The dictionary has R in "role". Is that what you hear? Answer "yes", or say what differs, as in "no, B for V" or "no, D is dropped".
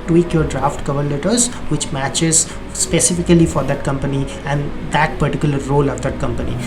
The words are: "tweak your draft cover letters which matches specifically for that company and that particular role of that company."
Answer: yes